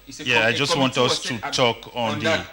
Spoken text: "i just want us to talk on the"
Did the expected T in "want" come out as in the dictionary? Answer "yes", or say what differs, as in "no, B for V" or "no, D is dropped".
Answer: yes